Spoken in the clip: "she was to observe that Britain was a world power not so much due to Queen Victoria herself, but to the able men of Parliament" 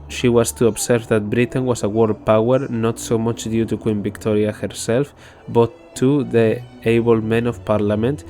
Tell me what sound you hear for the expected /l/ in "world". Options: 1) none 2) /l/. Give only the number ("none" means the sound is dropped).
1